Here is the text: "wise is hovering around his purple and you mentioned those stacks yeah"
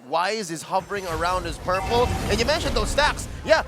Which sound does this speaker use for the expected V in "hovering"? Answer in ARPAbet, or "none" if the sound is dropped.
V